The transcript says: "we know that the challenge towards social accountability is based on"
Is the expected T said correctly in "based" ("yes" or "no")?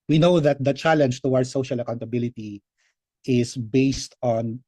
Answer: yes